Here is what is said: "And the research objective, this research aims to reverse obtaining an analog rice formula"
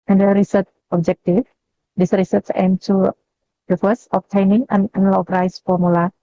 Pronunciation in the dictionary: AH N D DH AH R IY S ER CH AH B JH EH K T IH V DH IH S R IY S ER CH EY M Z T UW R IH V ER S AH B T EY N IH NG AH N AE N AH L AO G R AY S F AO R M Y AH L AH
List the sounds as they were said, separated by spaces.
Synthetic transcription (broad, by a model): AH N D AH R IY S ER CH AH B JH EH K T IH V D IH S R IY S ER S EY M T UW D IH F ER S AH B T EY N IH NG AH N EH N L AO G R AY S F AO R M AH L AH